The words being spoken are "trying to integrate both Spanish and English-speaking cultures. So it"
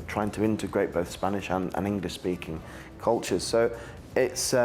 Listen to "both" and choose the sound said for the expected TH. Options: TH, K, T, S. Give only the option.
TH